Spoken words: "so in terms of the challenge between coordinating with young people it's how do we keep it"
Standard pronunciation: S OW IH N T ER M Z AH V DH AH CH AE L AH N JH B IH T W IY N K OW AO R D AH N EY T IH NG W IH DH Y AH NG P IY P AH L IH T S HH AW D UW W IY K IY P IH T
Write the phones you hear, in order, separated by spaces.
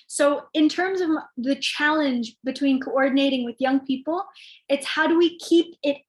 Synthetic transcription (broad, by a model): S OW IH N T ER M Z AH V DH AH CH AE L AH N JH B IH T W IY N K OW AO R D N EY T IH NG W IH DH Y AH NG P IY P L IH T S HH AW D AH W IY K IY P IH T